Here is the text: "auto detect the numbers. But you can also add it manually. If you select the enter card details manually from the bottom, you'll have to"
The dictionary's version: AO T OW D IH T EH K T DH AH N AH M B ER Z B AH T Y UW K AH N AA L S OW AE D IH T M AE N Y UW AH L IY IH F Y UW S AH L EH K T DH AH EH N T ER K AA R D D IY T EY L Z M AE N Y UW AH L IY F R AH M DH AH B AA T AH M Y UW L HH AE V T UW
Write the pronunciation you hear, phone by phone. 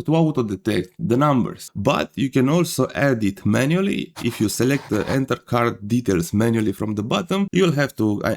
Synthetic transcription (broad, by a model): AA T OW D IH T EH K T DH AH N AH M B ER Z B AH T Y UW K AH N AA L S OW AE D IH T M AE N Y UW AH L IY IH F Y UW S AH L EH K T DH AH EH N T ER K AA R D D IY T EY L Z M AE N Y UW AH L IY F R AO M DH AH B AA T AH M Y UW L HH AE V T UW